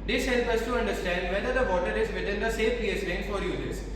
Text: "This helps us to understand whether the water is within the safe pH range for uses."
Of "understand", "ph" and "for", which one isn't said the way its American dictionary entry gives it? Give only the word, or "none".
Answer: ph